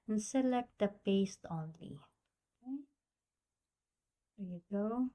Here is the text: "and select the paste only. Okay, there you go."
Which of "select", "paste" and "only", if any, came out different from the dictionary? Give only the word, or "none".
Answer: none